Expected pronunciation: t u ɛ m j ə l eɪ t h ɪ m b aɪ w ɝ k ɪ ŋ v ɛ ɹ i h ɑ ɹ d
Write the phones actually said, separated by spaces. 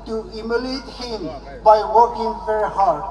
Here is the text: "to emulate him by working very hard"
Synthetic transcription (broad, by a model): t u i m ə l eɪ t h ɪ m b aɪ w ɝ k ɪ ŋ f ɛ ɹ h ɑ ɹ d